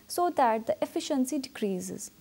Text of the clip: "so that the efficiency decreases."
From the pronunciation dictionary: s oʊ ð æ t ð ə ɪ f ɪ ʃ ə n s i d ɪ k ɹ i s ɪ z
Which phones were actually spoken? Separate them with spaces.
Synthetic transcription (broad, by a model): s oʊ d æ t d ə ɪ f ɪ ʃ ə n s i d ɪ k ɹ i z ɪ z